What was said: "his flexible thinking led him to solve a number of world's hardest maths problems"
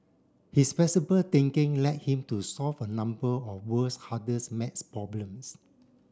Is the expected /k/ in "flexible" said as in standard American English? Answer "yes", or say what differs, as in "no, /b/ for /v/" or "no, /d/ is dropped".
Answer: no, /k/ is dropped